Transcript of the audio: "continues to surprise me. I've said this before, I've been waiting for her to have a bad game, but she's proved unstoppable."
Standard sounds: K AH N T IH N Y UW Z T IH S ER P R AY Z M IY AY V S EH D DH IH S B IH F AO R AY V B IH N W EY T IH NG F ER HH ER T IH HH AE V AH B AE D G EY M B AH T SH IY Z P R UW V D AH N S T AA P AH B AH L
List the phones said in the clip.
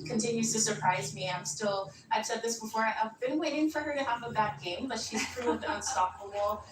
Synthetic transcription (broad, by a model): K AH N T IH N Y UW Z T IH S ER P R AY Z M IY AY V S EH D DH IH S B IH F AO R AY V B IH N W EY T IH NG F ER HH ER T IH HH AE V AH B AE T G EY M B AH T SH IY Z P R UW V D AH N S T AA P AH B L